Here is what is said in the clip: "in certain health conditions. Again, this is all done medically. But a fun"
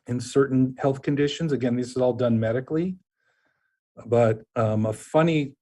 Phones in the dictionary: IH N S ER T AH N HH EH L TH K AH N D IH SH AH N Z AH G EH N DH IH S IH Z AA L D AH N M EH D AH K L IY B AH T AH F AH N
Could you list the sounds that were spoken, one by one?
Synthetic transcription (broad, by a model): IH N S ER T N HH EH L TH K AH N D IH SH AH N Z AH G EH N DH IH S IH Z AA L D AH N M EH D AH K L IY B AH T AH F AH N